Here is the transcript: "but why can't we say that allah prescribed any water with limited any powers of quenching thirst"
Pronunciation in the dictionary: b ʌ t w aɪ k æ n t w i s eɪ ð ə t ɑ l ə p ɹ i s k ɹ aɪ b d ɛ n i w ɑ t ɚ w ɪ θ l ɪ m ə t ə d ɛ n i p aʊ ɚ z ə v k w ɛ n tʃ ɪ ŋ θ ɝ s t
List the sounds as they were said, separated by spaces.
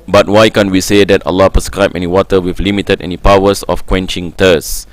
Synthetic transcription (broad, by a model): b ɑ t w aɪ k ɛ n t w i s eɪ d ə t ɑ l ə p ɹ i s k ɹ aɪ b ɛ n i w ɑ t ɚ w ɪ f l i m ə t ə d ɛ n i p aʊ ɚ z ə f k w ɛ n tʃ ɪ ŋ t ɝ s